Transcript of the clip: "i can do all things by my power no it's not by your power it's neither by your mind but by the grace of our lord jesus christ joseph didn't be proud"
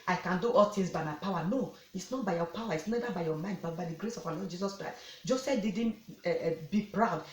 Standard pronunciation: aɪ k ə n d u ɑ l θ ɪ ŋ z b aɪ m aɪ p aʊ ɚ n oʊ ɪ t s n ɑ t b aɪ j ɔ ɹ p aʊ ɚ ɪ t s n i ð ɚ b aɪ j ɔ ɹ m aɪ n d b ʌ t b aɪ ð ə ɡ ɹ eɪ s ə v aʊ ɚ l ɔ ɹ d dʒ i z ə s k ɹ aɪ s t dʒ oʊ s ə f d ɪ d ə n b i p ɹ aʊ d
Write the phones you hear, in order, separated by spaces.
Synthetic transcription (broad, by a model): aɪ k ə n d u ɑ l t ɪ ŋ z b aɪ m aɪ p aʊ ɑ n oʊ ɪ t s n ɑ t b aɪ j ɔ p aʊ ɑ ɪ t s n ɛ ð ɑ b aɪ j ɔ m aɪ n d b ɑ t b aɪ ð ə ɡ ɹ eɪ s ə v aʊ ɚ l ɔ d dʒ i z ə s k ɹ aɪ s t dʒ oʊ s ə f d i d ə n b i p ɹ aʊ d